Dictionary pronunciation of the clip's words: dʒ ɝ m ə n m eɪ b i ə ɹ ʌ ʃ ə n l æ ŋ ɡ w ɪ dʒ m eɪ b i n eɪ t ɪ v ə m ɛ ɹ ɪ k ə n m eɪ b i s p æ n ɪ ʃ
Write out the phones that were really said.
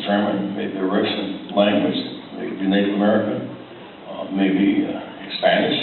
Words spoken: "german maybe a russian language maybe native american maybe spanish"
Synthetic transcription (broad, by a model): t ɝ m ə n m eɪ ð ə ɹ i s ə n l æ ŋ ɡ w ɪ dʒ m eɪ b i n eɪ t ɪ v ə m ɛ ɹ ɪ k ə n m eɪ b i s p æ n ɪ ʃ